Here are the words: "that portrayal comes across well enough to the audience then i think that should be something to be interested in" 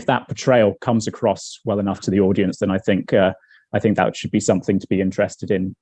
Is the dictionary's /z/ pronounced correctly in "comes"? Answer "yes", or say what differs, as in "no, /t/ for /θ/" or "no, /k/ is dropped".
yes